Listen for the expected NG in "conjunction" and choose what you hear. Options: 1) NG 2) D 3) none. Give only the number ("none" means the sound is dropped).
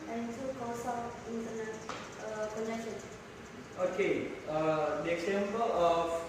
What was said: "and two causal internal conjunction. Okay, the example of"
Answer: 3